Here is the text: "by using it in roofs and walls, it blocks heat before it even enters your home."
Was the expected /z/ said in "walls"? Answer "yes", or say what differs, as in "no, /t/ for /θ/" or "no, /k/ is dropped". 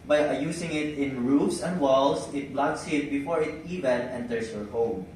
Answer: no, /s/ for /z/